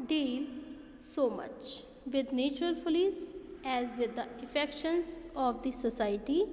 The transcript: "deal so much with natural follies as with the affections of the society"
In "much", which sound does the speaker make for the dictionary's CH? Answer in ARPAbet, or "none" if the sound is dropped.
CH